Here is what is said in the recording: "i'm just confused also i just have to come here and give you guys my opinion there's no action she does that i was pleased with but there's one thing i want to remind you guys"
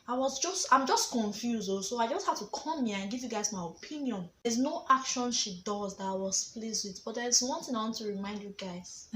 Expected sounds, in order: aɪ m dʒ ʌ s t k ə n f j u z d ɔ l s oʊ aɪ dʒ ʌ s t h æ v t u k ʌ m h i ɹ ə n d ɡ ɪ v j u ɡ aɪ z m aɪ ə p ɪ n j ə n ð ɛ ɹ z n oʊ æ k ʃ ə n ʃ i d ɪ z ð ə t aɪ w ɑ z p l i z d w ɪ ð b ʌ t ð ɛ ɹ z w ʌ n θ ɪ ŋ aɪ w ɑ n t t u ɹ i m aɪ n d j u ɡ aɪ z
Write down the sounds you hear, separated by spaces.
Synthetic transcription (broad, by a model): aɪ m dʒ ʌ s t k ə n f j u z d ɔ s oʊ aɪ dʒ ʌ s t h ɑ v t u k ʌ m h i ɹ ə n ɡ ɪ v j u ɡ aɪ z m aɪ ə p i n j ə n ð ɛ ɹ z n oʊ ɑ k ʃ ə n ʃ i d ɪ z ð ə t aɪ w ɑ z p l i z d w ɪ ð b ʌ t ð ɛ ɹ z w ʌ n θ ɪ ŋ aɪ w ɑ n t t u ɹ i m aɪ n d j u ɡ aɪ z